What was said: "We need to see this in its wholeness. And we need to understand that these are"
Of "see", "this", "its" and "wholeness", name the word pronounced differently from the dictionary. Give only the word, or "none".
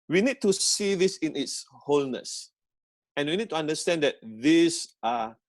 none